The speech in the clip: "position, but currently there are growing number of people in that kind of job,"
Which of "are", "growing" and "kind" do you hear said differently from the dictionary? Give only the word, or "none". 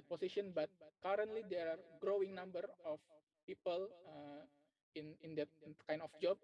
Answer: kind